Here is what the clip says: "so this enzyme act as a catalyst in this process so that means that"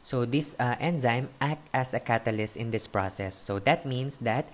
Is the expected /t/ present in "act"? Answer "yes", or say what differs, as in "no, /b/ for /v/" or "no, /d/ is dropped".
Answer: yes